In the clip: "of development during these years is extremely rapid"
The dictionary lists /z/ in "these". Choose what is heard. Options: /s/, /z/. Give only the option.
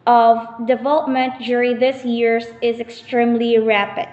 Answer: /s/